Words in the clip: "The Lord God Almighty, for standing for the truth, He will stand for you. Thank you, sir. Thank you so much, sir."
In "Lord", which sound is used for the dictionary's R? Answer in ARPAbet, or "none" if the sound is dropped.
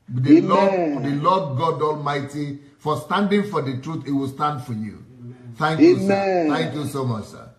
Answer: L